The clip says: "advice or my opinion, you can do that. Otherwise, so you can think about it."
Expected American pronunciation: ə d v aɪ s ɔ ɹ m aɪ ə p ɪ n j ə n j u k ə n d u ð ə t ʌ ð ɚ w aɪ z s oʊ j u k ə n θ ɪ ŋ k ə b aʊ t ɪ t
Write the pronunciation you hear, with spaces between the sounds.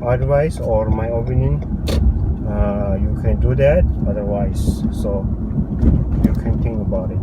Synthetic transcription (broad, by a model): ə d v aɪ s ɔ ɹ m aɪ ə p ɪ n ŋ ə j u k ə n d u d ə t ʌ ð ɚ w aɪ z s oʊ j u k ə n t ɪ ŋ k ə b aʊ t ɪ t